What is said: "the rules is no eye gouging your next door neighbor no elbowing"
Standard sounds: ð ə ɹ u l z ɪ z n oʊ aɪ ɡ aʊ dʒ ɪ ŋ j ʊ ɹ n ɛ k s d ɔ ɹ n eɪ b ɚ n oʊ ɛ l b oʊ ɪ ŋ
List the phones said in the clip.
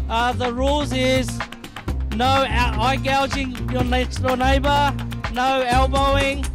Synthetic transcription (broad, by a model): ð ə ɹ u l z ɪ z n oʊ aɪ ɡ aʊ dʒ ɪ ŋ j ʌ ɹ n ɛ k s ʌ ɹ n eɪ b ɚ n oʊ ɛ l b oʊ ɪ ŋ